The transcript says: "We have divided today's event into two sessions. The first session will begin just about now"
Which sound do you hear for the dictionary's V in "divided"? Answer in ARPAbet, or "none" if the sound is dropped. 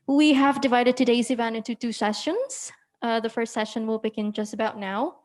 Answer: V